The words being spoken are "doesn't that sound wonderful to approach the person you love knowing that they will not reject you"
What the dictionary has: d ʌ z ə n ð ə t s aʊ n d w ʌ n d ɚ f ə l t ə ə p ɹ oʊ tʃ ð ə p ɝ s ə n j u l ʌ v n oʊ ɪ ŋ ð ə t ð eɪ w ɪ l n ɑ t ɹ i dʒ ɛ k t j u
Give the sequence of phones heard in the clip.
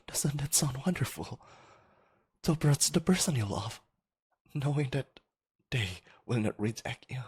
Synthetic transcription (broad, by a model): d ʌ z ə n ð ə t s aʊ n w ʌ n d ɚ f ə l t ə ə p ɹ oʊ s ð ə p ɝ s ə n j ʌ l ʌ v n oʊ ɪ ŋ ð ə t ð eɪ w ɪ l n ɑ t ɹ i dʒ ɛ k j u